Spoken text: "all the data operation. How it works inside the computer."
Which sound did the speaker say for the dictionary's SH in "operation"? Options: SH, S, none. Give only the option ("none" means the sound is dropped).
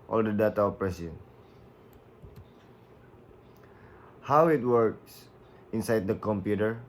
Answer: S